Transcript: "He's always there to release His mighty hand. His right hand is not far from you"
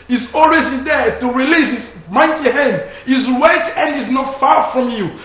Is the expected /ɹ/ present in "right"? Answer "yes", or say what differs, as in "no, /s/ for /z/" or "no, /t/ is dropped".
no, /w/ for /ɹ/